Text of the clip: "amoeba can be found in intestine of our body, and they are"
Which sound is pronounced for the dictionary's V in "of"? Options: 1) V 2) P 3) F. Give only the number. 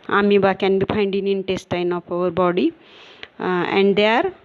2